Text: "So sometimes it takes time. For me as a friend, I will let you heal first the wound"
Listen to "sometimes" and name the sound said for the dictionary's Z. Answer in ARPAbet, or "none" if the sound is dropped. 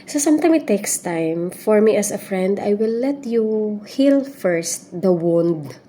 none